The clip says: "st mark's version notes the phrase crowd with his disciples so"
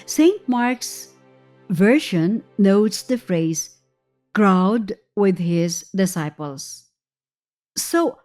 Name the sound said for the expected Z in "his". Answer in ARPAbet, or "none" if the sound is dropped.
Z